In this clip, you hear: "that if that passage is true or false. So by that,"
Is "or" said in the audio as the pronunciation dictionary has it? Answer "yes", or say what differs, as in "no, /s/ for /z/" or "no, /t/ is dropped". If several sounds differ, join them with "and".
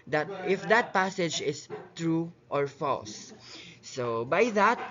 yes